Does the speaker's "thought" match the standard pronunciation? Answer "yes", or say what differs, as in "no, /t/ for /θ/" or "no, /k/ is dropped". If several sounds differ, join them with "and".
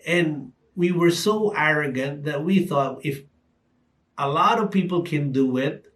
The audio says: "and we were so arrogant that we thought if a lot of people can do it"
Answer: yes